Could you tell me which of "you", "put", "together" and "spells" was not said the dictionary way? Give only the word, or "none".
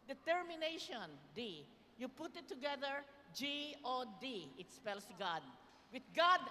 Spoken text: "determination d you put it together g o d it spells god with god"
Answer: spells